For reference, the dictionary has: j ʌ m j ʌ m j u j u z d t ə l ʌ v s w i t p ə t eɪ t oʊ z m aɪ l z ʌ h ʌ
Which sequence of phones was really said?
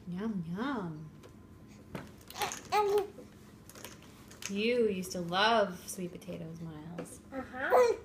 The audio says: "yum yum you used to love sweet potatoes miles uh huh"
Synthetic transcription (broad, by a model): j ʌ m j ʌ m j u j u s t ə l ʌ v s w i t p ə t eɪ t oʊ z m aɪ l z ʌ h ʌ